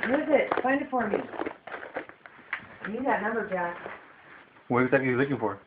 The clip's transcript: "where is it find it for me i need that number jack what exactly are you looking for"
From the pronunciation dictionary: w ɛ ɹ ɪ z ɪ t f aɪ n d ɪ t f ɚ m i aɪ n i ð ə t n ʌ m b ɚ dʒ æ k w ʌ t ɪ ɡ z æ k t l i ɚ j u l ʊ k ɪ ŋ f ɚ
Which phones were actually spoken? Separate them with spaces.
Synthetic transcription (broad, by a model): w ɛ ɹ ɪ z ɪ t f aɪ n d ɪ t f ɚ m i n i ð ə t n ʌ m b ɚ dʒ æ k w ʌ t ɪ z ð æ t i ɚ l ʊ k ɪ ŋ f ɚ